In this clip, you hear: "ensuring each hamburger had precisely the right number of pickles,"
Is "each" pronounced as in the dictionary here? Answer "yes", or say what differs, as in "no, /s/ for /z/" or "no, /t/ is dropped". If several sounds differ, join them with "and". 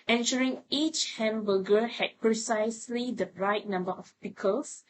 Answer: yes